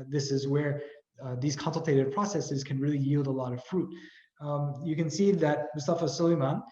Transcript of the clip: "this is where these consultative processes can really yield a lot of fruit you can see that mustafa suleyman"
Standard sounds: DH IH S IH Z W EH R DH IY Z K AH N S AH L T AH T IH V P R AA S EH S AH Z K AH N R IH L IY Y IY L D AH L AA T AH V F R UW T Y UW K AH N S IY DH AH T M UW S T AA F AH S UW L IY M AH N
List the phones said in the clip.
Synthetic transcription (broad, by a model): DH IH S IH Z W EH R DH IY Z K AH N S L T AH T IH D P R AA S EH S AH Z K AH N R IH L IY Y IY L D AH L AA T AH V F R UW T Y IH K AH N S IY DH AH T M UW S T AA F AH S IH L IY M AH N